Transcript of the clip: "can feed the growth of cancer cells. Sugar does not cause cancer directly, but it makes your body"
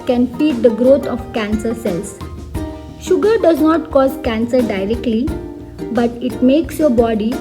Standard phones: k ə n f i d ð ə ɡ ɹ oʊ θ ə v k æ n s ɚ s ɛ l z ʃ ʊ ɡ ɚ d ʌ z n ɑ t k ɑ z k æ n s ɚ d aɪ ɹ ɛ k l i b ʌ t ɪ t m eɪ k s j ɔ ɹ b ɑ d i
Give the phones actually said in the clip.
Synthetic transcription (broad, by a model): k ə n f i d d ə ɡ ɹ oʊ t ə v k æ n s ɚ s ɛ l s ʃ ʊ ɡ ɚ d ʌ z n ɑ t k ɑ z k æ n s ɚ d aɪ ɹ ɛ k l i b ʌ t ɪ t m eɪ k s j ɔ ɹ b ɑ d i